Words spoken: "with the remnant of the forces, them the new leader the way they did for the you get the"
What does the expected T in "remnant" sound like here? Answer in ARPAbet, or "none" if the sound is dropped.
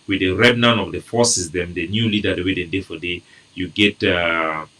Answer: none